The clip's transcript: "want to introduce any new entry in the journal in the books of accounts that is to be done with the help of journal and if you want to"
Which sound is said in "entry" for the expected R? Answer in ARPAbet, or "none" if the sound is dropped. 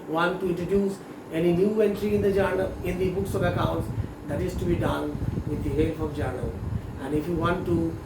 R